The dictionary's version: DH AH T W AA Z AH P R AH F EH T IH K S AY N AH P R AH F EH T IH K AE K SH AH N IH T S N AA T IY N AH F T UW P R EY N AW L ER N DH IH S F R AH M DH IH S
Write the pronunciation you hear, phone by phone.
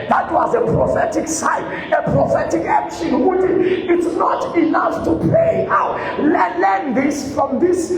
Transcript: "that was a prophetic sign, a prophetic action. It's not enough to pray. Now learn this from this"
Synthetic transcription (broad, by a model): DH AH T W AA Z AH P R AH F EH T IH K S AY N AH P R AH F EH T IH K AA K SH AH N IH T S N AA T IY N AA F T UW P L EY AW L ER N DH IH S F R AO M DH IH S